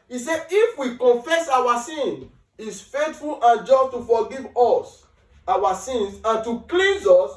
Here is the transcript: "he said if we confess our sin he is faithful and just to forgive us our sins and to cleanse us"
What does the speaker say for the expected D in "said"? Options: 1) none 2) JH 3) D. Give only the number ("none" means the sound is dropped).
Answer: 1